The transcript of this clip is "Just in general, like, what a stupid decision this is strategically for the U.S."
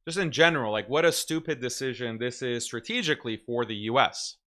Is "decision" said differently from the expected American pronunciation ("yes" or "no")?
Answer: no